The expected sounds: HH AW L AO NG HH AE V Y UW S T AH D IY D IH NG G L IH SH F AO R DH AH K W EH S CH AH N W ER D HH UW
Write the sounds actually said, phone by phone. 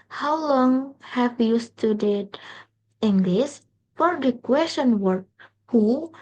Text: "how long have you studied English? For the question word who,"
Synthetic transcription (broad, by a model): HH AW L AO NG HH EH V Y UW S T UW D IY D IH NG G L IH S F AO R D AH K W EH S CH AH N W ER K HH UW